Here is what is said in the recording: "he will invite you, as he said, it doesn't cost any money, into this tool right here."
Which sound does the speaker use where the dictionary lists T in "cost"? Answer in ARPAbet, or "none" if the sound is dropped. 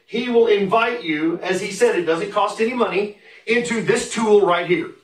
T